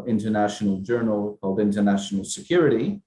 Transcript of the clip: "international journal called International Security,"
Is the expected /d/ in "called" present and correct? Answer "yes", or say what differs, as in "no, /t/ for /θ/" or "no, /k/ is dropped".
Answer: yes